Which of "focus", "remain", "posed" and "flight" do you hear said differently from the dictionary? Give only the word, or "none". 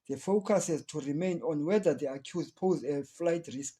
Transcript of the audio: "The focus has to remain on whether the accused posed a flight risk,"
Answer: posed